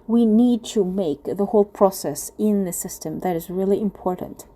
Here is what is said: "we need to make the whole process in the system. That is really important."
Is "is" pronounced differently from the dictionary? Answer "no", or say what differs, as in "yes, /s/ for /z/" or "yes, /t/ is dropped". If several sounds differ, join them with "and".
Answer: no